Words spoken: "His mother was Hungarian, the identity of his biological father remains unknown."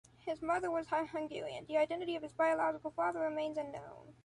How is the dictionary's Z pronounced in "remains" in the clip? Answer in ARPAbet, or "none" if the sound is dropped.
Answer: Z